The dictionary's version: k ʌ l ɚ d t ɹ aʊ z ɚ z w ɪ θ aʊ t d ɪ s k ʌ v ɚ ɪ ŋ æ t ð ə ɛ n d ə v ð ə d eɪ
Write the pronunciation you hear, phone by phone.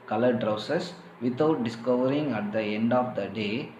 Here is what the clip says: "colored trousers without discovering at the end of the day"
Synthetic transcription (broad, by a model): k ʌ l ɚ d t ɹ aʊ s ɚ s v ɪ t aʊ t d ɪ s k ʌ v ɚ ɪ ŋ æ t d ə ɛ n d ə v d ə d eɪ